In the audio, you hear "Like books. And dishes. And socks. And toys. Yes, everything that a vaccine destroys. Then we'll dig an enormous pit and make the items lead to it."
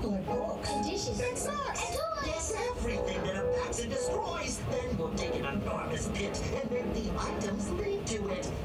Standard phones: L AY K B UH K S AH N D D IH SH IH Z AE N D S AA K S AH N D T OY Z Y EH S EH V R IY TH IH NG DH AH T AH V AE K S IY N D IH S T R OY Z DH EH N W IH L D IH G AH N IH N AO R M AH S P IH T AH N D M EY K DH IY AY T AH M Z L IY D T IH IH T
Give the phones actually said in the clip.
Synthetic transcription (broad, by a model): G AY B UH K AH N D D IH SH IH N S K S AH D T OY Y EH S EH V R IY TH IH NG DH AH T AH P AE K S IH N D IH S T R OY Z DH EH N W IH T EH IH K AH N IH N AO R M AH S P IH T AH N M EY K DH IY AY T AH M Z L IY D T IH IH T